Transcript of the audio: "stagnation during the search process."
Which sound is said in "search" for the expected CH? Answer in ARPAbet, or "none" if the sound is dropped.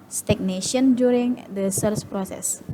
S